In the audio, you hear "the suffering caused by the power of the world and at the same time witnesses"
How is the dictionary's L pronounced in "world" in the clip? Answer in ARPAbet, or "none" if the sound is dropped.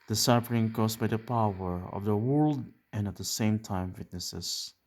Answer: L